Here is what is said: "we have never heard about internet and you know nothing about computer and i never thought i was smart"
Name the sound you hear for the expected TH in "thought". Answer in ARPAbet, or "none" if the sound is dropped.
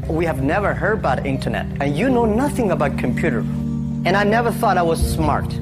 TH